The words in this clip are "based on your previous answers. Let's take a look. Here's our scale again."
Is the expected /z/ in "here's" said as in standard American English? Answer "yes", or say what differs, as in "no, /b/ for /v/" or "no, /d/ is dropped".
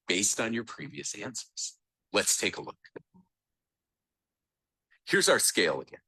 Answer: yes